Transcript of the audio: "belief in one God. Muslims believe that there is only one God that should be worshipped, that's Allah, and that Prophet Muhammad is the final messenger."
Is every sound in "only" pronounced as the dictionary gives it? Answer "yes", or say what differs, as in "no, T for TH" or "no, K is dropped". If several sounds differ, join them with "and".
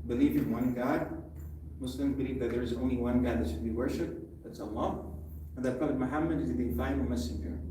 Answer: yes